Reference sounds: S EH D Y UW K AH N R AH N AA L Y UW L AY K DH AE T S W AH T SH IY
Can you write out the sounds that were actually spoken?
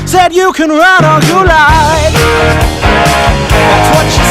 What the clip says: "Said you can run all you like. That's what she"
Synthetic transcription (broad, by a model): S EH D Y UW K AH N R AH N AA N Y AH L AY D DH AE T S W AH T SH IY